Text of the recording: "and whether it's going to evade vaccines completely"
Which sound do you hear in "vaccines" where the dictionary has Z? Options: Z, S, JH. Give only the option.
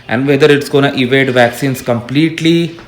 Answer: S